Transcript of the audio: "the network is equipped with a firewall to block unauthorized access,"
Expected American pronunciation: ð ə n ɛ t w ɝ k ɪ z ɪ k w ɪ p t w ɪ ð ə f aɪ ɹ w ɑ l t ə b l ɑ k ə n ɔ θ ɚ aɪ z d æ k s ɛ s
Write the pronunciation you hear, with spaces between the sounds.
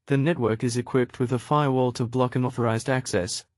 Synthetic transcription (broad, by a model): ð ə n ɛ t w ɝ k ɪ z ɪ k w ɪ p t w ɪ ð ə f aɪ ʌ w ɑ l t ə b l ɑ k ə n ɔ θ ɚ aɪ z d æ k s ɛ s